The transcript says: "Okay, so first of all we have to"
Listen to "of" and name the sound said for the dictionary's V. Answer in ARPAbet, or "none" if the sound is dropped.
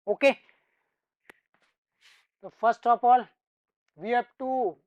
P